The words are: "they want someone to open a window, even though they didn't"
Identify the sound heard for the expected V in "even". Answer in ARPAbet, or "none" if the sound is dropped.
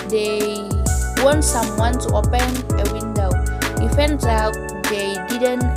F